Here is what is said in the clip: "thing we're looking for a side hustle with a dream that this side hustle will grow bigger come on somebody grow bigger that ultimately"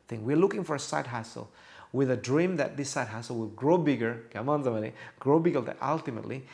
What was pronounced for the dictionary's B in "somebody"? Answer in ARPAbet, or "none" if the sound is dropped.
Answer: none